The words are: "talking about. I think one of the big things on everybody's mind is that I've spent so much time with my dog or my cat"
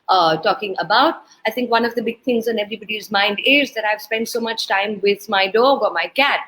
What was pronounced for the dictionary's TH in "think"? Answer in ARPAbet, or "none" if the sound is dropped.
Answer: T